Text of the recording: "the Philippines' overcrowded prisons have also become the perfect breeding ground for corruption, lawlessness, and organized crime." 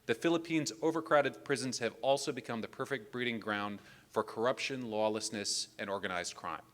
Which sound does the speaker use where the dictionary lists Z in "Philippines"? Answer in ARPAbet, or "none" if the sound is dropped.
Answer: Z